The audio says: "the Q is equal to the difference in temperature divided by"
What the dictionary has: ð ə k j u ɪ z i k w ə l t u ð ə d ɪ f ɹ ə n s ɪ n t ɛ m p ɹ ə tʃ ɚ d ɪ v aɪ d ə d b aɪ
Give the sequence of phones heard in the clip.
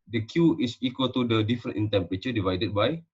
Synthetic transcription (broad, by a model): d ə k j u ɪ s i k w ə l t u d ə d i f ɹ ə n ɪ n t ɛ m p ɹ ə tʃ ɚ d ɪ v aɪ d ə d b aɪ